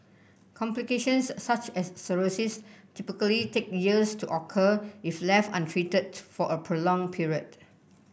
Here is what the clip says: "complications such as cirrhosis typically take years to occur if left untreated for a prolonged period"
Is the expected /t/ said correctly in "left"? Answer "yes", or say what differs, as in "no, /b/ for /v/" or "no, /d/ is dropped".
no, /t/ is dropped